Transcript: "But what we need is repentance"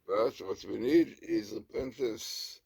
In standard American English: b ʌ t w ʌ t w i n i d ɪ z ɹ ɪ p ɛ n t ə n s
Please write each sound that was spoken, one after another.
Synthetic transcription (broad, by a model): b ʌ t w ʌ t w i n i d ɪ z ɹ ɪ p ɛ n t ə n s